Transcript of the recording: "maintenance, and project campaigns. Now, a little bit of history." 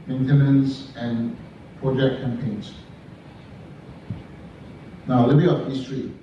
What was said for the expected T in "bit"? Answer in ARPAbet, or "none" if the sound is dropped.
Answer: none